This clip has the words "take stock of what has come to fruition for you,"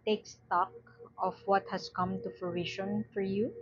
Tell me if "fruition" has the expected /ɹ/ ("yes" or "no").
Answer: no